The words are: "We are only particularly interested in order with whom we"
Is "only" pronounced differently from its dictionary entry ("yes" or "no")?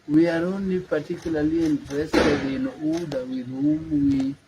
yes